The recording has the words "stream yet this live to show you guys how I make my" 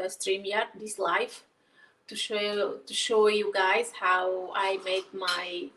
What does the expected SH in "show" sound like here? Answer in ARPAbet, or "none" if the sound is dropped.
SH